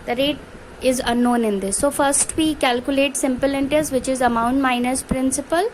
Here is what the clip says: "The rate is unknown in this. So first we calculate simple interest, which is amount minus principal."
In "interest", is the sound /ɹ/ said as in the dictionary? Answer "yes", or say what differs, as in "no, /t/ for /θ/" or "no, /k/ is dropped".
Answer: no, /ɹ/ is dropped